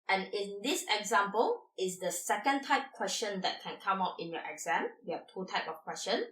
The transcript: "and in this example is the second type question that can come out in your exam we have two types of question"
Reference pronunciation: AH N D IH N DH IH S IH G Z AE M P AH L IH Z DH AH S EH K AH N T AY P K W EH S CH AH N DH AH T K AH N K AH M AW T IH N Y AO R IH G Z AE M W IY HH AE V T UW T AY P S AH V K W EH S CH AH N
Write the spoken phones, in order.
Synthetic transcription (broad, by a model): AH N IH N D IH S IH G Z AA M P AH L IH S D AH S EH K AH N T AY P K W EH S CH AH N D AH T K AH N K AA M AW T IH N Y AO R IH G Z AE M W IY HH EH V T UW T AY P AH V K W EH S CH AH N